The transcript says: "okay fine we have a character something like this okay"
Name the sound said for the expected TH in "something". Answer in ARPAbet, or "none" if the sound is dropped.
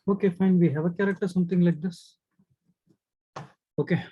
T